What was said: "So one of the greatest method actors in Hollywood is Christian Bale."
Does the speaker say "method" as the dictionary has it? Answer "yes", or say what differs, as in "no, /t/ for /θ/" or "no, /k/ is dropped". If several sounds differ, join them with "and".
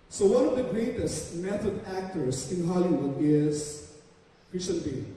no, /t/ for /θ/